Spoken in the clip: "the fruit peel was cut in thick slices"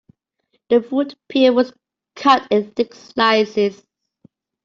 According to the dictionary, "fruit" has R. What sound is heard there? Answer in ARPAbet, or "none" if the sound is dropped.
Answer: none